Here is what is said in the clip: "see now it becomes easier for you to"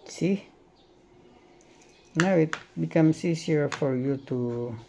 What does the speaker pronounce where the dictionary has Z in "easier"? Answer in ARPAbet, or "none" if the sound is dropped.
S